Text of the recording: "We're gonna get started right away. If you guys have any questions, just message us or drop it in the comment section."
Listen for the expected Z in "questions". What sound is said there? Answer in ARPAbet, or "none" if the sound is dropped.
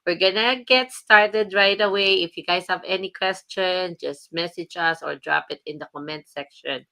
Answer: none